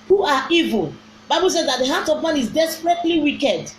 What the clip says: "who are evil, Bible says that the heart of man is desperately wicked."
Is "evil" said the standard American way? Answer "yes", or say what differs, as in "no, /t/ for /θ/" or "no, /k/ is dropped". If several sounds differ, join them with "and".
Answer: yes